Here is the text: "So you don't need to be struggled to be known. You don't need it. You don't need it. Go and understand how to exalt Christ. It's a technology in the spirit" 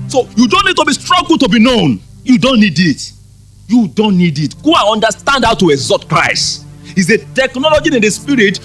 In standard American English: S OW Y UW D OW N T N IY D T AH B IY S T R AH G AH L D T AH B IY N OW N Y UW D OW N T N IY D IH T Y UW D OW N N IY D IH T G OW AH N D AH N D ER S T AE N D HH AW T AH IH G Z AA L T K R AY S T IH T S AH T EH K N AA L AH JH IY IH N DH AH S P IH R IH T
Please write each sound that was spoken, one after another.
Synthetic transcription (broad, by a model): S OW Y UW D OW N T N IY D T AH B IY S T R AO G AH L T AH B IY N OW N Y UW D OW N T N IY D IH T Y UW D OW N N IY D IH T G OW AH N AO N D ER S T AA N D HH AW T AH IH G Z AA T K R AY S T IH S AH T EH K N AA L AH JH IY IH N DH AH S P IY R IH T